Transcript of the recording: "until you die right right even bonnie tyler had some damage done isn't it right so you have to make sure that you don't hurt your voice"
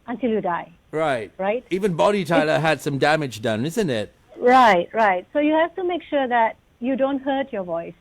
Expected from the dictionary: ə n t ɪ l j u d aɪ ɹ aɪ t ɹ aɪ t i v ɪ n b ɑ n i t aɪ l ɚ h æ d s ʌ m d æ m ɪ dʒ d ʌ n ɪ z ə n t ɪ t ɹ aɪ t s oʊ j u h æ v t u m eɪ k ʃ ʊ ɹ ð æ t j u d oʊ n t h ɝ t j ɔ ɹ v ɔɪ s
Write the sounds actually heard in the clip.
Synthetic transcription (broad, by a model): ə n t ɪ l j u d aɪ ɹ aɪ t ɹ aɪ t i v ɪ n b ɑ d i t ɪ l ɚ h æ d s ʌ m d æ m ɪ dʒ d ʌ n ɪ z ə n t ɪ t ɹ aɪ t s oʊ j u h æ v t u m eɪ k ʃ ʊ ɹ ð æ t j u d oʊ n t h ɝ t j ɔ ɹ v ɔɪ s